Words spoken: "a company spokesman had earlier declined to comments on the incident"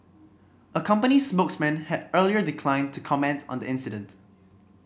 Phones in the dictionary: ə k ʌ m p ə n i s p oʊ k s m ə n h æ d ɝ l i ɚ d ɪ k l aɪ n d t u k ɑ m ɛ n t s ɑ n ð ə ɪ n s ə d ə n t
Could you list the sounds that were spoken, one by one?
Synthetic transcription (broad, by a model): ə k ʌ m p ə n i s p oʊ k s m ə n h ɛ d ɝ l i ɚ d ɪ k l aɪ n t u k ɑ m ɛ n t ɑ n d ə ɪ n s ə d ə n t